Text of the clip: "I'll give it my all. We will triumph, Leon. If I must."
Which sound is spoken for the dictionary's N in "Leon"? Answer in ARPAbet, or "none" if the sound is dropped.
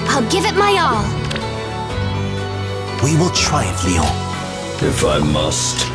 none